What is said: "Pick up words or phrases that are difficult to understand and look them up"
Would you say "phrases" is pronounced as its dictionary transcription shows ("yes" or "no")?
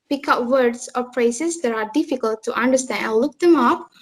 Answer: no